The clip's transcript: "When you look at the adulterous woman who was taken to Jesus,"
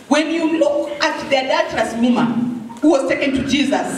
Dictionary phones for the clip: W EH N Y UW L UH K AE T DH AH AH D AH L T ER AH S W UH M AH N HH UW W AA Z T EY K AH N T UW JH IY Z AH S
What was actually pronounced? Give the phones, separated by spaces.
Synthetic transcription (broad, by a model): W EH N Y UW L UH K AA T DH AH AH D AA T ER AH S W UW M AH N HH UW W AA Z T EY K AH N T UW JH IY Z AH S